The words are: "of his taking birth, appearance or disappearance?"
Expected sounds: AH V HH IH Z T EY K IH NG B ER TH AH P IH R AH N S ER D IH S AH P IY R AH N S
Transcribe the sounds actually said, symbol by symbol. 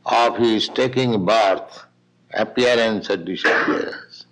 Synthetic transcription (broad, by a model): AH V HH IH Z T EY K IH NG B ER T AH P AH R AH N S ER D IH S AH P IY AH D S